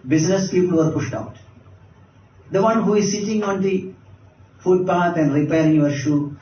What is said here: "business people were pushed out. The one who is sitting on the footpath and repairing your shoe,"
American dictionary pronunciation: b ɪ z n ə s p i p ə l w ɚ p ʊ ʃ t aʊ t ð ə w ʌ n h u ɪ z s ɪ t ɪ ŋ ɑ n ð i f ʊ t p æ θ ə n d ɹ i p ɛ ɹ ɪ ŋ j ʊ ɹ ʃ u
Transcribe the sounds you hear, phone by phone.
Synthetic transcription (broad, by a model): b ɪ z n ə s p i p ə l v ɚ p ʊ ʃ t aʊ t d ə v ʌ n h u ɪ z s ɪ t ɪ ŋ ɑ n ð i f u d p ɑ t ə n d ɹ i p ɛ ɹ ɪ ŋ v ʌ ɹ ʃ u